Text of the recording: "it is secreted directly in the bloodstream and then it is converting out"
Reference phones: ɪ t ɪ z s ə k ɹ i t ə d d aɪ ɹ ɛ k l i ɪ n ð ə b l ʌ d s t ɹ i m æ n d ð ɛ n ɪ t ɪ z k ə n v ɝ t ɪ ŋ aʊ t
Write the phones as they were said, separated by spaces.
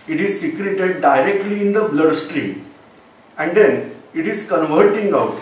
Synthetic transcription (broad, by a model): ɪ t ɪ z s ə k ɹ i t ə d d aɪ ɹ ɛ k l i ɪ n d ə b l ʌ d s t ɹ i m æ n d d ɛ n ɪ t ɪ z k ə n v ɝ t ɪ ŋ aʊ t